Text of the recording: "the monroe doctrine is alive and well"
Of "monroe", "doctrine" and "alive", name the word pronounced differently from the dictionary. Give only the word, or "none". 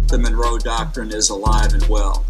none